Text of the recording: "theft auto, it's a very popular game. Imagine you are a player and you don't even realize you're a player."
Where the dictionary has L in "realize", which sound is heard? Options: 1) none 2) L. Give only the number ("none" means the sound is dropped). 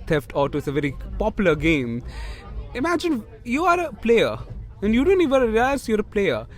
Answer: 1